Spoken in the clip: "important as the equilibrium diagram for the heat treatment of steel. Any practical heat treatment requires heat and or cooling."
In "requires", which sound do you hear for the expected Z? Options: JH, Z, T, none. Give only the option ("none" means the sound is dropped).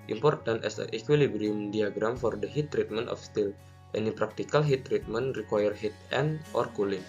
none